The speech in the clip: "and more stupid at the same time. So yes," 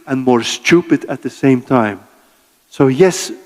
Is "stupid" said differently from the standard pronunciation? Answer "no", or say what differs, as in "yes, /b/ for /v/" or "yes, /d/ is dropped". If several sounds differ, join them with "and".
no